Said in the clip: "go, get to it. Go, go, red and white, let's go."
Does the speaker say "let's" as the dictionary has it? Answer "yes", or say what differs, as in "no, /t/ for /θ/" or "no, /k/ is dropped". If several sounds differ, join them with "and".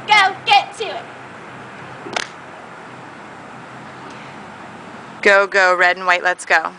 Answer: yes